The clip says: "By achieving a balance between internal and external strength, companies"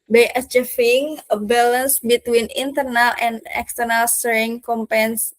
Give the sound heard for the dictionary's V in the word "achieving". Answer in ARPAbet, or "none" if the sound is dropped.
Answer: F